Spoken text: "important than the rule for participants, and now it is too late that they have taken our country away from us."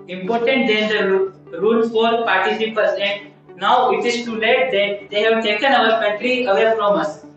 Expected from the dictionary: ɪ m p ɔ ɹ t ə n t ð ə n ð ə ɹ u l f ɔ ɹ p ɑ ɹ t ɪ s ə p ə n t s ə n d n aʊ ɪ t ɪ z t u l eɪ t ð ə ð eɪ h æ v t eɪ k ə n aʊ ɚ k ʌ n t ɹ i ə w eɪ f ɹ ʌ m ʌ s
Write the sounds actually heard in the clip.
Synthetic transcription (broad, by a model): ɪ m p ɔ ɹ t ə n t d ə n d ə ɹ u l f ɔ ɹ p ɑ ɹ t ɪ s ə p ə t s ə n d n aʊ ɪ t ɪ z t u l eɪ t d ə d eɪ h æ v t eɪ k ə n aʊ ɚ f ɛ t ɹ i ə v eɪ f ɹ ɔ m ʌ s